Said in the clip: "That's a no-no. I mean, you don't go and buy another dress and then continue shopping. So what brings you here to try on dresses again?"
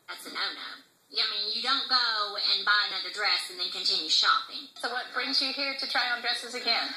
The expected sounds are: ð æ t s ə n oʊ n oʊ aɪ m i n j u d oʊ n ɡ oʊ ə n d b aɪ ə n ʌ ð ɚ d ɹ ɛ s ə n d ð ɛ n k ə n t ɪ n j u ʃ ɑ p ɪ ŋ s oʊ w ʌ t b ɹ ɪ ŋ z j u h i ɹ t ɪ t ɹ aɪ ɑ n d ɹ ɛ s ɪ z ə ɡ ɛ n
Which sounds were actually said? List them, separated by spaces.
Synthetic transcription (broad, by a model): ð æ t s ə n oʊ n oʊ aɪ m i n j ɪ d oʊ n ɡ oʊ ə n b aɪ ə n ʌ ð ɚ d ɹ ɛ s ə n ð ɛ n k ə n t ɪ n j u ʃ ɑ p ɪ ŋ s oʊ w ʌ t b ɹ ɪ ŋ z j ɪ h i ɹ t ɪ t ɹ aɪ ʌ n d ɹ ɛ s ɪ z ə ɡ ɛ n